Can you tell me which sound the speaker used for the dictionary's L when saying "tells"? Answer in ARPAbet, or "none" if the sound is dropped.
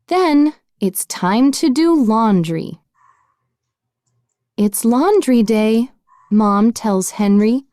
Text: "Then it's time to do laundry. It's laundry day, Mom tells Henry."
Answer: L